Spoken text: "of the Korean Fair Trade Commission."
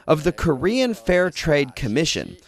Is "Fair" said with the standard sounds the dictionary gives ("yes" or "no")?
yes